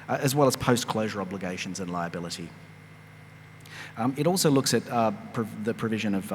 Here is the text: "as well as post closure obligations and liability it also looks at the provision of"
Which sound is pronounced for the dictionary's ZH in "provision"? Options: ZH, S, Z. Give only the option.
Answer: ZH